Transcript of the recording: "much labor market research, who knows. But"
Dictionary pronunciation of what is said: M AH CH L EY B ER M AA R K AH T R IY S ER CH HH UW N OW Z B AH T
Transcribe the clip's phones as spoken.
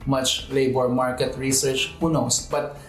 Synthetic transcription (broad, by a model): M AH CH L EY B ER M AA R K AH T R IY S ER CH HH UW N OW S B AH T